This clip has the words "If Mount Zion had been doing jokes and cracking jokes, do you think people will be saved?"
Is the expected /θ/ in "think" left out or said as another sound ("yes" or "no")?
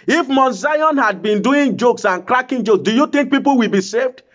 yes